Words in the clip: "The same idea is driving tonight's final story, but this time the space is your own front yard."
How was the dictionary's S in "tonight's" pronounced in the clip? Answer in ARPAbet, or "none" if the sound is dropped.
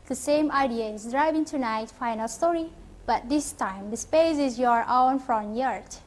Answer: none